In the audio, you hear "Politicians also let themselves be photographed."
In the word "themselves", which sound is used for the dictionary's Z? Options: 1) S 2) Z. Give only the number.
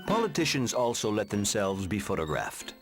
2